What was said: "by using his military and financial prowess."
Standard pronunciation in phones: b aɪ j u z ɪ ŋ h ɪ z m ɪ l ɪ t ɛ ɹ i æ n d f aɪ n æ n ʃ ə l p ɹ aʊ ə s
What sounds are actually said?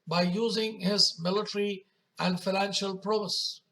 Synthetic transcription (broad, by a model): b aɪ j u z ɪ ŋ h ɪ z m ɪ l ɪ t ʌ ɹ i æ n d f aɪ n æ n ʃ ə l p ɹ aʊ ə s